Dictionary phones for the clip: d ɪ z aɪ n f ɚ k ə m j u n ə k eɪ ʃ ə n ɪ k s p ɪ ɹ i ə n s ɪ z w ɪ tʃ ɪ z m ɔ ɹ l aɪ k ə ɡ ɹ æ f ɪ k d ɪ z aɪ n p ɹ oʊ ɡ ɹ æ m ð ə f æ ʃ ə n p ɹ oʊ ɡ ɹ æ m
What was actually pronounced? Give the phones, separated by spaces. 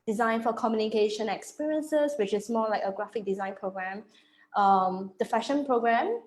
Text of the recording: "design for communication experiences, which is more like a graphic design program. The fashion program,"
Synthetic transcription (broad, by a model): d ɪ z aɪ n f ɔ k ə m j u n ə k eɪ ʃ ə n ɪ k s p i ɹ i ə n s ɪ s w ɪ tʃ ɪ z m ɔ l aɪ k ə ɡ ɹ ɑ f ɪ k d ɪ z aɪ n p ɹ oʊ ɡ ɹ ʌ m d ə f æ ʃ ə n p ɹ oʊ ɡ ɹ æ m